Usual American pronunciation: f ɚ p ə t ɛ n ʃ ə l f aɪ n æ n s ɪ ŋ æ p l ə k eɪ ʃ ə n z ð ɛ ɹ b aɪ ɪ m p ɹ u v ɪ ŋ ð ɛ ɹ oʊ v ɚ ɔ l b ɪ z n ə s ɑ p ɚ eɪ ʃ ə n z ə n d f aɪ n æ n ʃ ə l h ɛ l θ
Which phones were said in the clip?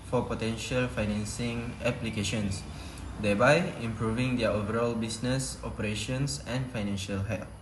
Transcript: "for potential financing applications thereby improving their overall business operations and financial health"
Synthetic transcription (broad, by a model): f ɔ p ə t ɛ n ʃ ə l f aɪ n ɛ n s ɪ ŋ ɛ p l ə k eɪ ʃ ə n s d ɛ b aɪ ɪ m p ɹ u v ɪ ŋ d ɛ oʊ v ɚ ɔ l b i s n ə s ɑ p ɚ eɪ ʃ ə n s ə n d f aɪ n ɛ n ʃ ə l h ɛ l